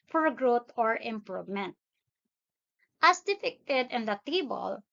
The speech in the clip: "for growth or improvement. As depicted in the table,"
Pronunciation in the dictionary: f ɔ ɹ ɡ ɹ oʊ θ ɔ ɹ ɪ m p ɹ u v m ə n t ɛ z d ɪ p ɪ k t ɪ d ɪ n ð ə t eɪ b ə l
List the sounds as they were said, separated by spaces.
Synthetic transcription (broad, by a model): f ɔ ɹ ɡ ɹ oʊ t ɔ ɹ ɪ m p ɹ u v m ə n t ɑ s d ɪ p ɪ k t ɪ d ɪ n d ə t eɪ b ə l